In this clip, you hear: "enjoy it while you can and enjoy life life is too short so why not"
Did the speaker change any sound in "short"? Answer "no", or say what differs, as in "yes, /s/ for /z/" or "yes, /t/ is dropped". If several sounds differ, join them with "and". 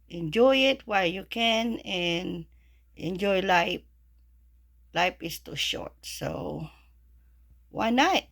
no